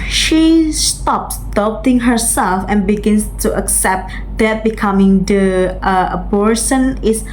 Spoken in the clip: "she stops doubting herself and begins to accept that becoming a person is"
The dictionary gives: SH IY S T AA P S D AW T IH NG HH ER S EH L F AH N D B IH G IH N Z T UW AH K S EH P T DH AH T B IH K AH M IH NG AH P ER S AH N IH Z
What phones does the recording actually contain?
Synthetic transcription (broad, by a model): SH IY S T AA P S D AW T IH NG HH ER S EH L F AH N B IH G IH N S T UW AH K S EH P T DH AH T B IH K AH M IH NG AH B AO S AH N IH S